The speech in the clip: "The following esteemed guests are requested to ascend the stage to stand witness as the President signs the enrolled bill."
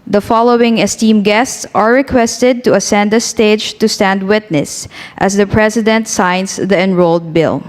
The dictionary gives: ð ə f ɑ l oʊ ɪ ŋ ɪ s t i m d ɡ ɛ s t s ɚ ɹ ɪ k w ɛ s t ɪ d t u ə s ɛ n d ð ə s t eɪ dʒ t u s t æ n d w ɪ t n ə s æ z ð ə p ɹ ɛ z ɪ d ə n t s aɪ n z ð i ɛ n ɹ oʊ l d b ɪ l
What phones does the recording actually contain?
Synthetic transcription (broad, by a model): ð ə f ɑ l oʊ ɪ ŋ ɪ s t i m ɡ ɛ s t s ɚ ɹ ɪ k w ɛ s t ɪ d t u ə s ɛ n d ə s t eɪ dʒ t u s t æ n d w ɪ t n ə s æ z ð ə p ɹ ɛ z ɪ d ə n t s aɪ n s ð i ɛ n ɹ oʊ l d b ɪ l